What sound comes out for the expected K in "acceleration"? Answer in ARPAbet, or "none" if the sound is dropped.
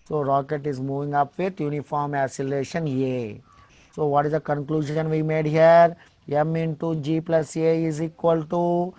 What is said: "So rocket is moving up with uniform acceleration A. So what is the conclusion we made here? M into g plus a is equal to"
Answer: none